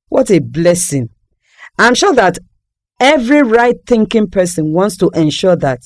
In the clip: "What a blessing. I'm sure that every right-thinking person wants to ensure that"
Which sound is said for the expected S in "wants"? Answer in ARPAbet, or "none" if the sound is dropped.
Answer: S